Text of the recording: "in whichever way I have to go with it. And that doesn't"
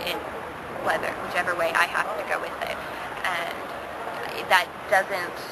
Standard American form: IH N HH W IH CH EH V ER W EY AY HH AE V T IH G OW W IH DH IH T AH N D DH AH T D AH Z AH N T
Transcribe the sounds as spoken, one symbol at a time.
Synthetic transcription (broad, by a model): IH N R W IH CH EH V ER W EY AY HH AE F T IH G OW W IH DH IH T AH N DH AH T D AH Z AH N T